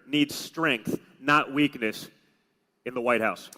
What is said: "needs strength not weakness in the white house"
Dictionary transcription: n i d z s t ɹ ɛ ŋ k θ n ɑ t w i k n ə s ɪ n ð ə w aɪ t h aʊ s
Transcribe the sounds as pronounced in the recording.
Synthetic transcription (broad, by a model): n i d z s t ɹ ɛ ŋ k θ n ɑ t w i k n ə s ɪ n ð ə w aɪ t h aʊ s